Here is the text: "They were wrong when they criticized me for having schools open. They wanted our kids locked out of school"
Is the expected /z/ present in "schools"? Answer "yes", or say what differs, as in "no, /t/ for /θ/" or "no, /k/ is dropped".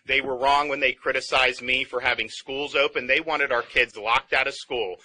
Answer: yes